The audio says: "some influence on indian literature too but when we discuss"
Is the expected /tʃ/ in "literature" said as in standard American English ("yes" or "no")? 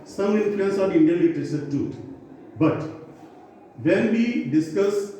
no